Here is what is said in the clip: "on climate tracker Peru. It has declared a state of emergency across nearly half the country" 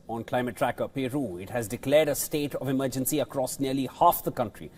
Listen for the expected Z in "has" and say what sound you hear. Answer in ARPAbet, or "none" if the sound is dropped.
Z